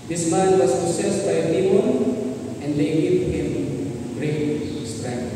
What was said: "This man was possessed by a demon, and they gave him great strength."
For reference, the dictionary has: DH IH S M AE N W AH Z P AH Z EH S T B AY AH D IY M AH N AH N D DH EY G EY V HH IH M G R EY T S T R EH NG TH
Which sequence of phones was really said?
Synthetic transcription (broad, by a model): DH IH S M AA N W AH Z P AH S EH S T B AY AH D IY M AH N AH N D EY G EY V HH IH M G R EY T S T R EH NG